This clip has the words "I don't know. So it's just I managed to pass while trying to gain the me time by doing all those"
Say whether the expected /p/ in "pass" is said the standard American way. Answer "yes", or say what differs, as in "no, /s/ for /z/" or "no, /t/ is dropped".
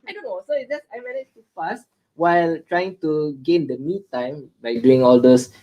no, /f/ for /p/